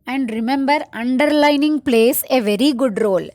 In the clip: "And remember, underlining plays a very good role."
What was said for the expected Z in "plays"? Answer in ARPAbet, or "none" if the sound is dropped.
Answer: S